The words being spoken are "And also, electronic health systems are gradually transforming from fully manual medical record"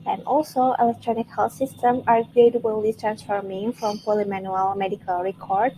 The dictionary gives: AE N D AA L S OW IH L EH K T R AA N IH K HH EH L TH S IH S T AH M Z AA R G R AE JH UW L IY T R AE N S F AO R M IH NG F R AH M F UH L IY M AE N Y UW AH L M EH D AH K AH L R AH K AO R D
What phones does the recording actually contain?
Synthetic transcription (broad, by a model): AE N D AA L S OW IH L EH K T R AA N IH K HH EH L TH S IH S T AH M AA R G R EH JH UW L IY T R AE N S F AO R M IH NG F R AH M P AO L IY M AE N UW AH L M EH D AH K AH L R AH K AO R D